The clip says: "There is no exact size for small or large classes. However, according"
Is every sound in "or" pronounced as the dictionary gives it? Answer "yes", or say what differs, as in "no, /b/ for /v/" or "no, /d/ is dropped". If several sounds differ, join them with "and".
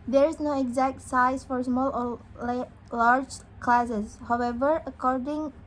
no, /l/ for /ɹ/